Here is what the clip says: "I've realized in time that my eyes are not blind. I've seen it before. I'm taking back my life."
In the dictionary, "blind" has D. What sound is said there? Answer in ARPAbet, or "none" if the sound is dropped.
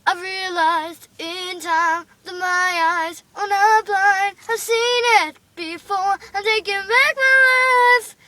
none